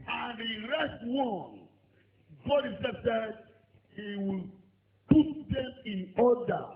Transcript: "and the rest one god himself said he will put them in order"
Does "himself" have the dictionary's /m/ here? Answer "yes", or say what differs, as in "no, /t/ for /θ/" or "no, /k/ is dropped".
no, /m/ is dropped